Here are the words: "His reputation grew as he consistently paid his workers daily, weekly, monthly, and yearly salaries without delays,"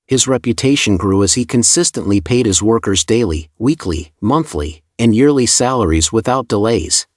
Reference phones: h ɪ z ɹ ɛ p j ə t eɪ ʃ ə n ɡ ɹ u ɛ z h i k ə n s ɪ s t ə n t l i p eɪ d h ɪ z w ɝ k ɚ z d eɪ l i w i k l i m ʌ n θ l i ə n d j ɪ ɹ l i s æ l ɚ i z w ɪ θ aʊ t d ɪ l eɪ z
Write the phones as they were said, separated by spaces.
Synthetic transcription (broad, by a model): h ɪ z ɹ ɛ p j ə t eɪ ʃ ə n ɡ ɹ u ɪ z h i k ə n s ɪ s t ə n t l i p eɪ d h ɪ z w ɝ k ɚ z d eɪ l i w i k l i m ʌ n θ l i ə n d j ɪ ɹ l i s æ l ɚ i z w ɪ θ aʊ t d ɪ l eɪ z